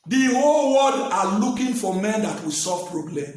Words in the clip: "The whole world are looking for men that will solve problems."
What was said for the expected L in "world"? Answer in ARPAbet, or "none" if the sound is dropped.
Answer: none